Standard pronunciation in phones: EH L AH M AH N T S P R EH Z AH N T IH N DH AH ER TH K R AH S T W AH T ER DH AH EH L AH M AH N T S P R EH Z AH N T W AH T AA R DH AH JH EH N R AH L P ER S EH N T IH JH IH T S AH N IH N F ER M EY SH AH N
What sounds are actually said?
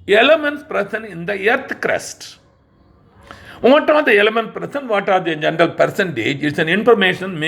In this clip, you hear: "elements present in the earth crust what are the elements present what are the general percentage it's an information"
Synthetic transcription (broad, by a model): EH L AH M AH N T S P R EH S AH N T IH N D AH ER T K R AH S T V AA T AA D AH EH L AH M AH N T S P R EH S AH N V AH T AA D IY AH JH EH N R AH L P ER S EH N T IH JH IH T S AH N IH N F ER M EY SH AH N